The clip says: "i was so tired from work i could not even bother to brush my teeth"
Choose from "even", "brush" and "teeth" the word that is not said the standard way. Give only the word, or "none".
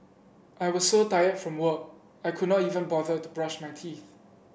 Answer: none